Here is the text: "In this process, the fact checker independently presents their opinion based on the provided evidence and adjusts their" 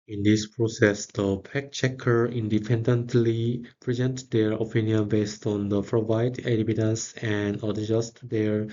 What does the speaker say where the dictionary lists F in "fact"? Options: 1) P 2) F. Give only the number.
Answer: 1